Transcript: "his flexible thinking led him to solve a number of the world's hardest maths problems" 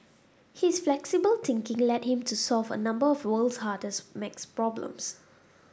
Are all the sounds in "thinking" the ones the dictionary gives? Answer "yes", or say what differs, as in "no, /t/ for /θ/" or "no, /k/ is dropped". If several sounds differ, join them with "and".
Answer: no, /t/ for /θ/